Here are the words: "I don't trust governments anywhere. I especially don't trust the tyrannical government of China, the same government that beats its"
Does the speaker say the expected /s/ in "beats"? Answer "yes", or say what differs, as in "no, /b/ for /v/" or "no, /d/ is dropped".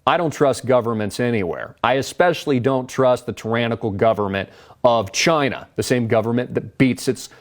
yes